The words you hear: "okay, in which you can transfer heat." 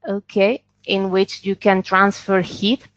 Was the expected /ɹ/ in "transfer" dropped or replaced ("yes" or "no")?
no